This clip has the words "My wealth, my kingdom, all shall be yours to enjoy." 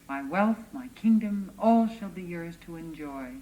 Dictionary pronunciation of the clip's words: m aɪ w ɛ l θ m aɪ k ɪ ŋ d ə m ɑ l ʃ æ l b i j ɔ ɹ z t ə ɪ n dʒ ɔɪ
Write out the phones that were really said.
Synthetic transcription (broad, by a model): m aɪ w ɛ l θ m aɪ k ɪ ŋ d ə m ɑ l ʃ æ l b i j ɔ ɹ z t ə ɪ n dʒ ɔɪ